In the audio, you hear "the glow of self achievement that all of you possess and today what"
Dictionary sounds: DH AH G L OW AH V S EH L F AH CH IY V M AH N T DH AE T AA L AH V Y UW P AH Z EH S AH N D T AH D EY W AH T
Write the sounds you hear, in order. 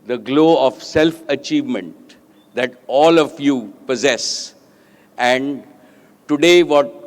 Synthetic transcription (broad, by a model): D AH G L OW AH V S EH L F AH CH IY V M AH N T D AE T AA L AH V Y UW P AH Z EH S AH N D T AH D EY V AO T